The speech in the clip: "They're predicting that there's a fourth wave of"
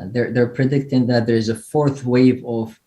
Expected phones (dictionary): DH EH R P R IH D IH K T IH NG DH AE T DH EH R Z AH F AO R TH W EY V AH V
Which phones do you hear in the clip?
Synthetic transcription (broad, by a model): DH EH R P R IH D IH K T IH NG DH AE T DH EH R Z AH F AO R TH W EY V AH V